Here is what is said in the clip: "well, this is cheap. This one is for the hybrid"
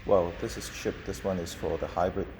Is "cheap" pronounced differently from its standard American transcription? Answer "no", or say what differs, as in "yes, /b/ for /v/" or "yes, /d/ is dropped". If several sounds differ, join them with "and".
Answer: yes, /ʃ/ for /tʃ/